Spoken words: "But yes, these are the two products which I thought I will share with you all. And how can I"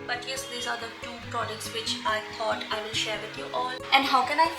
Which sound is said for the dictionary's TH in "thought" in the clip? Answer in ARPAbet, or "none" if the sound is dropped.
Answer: T